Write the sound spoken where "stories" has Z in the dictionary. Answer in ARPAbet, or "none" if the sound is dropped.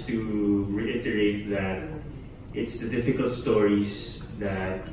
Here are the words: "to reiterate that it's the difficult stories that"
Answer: S